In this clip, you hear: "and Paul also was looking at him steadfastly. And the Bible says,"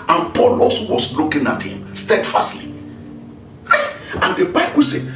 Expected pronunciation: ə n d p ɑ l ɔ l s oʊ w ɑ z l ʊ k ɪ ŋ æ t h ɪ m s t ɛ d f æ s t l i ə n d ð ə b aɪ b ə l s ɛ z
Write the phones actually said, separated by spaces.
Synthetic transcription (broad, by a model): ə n p ɑ l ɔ s w ɑ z l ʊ k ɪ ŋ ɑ t h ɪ m s t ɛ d f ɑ s t l i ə n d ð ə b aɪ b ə s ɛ